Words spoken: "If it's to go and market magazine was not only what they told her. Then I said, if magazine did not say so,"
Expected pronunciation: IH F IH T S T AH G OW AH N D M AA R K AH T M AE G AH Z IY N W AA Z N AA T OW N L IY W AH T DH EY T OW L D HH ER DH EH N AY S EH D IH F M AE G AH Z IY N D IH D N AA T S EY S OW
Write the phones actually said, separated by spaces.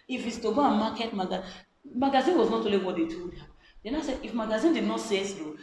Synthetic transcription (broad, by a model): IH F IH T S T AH G OW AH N M AA K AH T M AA G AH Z IY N W AA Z N AA T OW L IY W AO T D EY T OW D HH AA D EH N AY S EH D IH F M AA G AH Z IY N D IH D N AA T S EY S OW